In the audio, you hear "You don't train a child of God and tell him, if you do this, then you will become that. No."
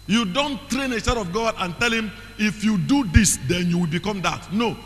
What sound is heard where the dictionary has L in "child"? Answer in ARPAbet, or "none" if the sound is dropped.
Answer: none